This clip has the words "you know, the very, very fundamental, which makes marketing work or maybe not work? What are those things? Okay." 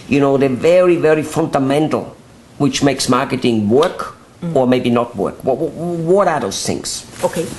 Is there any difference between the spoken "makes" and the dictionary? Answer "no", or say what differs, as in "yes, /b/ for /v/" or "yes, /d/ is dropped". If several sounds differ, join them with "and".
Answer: no